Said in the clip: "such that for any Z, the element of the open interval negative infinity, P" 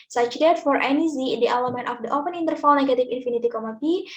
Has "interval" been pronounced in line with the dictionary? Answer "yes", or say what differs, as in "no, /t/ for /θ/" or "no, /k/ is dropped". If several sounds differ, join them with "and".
no, /f/ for /v/